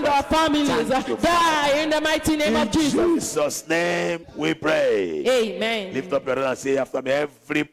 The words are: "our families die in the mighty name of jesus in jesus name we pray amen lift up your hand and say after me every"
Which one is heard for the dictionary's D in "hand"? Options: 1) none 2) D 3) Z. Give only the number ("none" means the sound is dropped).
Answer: 1